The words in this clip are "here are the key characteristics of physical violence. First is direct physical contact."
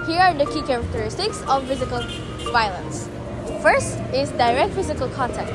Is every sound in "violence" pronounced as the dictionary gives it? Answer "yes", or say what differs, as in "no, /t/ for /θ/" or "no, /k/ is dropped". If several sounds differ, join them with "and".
yes